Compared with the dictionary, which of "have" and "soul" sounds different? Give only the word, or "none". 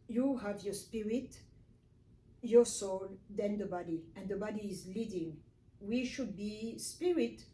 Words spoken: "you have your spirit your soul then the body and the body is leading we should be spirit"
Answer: none